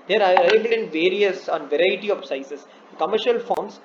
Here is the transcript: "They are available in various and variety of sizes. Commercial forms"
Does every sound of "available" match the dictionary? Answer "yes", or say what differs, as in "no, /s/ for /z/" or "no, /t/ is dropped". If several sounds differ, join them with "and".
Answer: no, /b/ is dropped